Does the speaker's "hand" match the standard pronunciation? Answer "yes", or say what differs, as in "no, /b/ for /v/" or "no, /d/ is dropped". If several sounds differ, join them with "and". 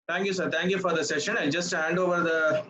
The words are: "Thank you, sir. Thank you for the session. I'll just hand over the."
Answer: yes